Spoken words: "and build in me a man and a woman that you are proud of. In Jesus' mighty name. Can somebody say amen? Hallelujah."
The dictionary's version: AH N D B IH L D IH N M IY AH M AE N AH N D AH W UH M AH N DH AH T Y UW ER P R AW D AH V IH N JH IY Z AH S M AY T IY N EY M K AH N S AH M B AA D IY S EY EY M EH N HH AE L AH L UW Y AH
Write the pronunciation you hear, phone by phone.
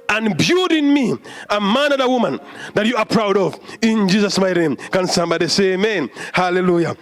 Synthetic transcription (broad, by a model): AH N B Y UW D IH N M IY AH M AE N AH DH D AH W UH M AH N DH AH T Y UW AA P R AW D AH V IH N JH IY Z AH S M AY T N EY M K AH N S AH M B AA D IY S EY EY M EH N HH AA L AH L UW Y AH